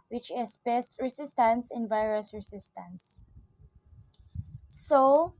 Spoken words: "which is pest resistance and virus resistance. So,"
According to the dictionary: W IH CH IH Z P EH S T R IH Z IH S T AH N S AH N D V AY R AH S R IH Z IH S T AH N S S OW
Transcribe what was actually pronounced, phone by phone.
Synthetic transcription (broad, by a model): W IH CH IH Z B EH S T R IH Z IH S T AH N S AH N V AY R AH S R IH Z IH S T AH N S S OW